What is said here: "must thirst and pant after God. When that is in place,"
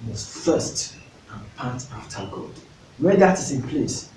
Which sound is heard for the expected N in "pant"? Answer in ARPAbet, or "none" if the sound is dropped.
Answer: none